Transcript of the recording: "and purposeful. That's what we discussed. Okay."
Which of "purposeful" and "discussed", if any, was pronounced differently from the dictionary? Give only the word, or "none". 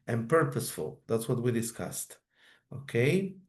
none